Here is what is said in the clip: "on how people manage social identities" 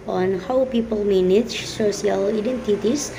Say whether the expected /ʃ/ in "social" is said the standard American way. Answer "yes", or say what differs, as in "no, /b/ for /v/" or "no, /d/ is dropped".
no, /s/ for /ʃ/